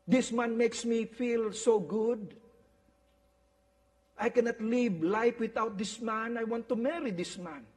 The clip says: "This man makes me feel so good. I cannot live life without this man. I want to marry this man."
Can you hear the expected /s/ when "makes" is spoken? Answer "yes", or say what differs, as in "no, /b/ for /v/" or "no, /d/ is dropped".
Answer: yes